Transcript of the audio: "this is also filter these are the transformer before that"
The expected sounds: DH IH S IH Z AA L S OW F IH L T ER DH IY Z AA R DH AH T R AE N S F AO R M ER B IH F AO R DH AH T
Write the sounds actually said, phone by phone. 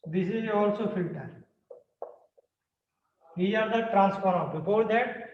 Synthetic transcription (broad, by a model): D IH S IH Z AA L S OW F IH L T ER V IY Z AA R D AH T R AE N S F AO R ER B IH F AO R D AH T